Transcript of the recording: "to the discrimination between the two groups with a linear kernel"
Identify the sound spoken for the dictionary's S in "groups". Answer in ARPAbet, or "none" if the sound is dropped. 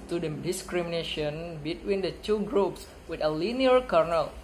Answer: S